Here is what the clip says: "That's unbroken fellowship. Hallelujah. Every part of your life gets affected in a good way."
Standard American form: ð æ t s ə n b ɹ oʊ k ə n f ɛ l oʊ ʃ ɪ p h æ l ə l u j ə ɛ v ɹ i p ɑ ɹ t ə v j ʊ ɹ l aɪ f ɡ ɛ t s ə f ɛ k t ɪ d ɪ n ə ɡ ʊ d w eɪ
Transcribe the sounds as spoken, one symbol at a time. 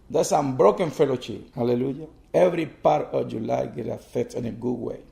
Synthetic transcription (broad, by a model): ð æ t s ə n b ɹ oʊ k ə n f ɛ l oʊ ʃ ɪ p h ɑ l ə l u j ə ɛ v ɹ i p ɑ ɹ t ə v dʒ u l aɪ ɡ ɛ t ə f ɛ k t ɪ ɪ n ə ɡ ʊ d w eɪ